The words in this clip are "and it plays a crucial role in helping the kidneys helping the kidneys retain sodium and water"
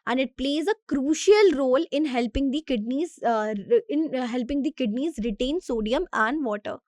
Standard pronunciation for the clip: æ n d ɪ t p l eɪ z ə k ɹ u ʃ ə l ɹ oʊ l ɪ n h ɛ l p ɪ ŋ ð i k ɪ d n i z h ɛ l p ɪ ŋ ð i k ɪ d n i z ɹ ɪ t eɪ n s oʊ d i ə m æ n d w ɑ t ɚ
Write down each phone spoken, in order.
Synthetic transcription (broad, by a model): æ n d ɪ t p l eɪ z ə k ɹ u ʃ ə l ɹ oʊ l ɪ n h ɛ l p ɪ ŋ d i k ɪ d n i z h ɛ l p ɪ ŋ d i k ɪ d n i z ɹ ɪ t eɪ n s oʊ d i ə m æ n d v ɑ t ɚ